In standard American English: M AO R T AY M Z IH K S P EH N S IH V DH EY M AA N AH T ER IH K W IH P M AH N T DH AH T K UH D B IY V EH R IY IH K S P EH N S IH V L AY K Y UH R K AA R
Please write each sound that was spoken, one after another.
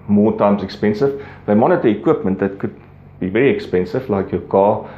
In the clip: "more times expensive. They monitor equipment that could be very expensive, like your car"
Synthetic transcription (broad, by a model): M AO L T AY M S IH K S P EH N S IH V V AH M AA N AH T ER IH K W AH P M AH N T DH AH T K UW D B IY V EH R IY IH K S P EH N S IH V L AY K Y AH K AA